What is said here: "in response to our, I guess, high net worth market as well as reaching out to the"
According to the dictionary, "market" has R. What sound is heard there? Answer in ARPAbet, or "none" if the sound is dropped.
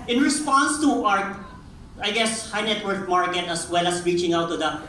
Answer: R